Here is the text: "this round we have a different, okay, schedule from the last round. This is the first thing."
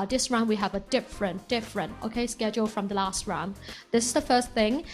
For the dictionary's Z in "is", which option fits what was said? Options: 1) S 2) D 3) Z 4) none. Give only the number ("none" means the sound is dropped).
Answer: 3